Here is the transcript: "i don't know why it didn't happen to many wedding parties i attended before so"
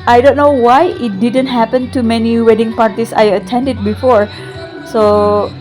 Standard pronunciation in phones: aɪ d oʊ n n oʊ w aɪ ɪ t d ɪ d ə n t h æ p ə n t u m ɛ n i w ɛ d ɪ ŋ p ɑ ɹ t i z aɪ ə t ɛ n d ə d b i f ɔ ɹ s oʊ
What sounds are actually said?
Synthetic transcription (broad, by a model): aɪ d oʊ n n oʊ w aɪ ɪ t d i d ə n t h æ p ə n t u m ɛ n i w ɛ d ɪ ŋ p ɑ ɹ t i s aɪ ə t ɛ n d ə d b i f ɔ ɹ s oʊ